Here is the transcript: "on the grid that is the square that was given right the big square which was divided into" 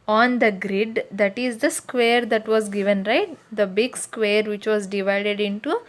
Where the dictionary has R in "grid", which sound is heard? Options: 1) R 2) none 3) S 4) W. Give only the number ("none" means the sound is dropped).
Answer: 1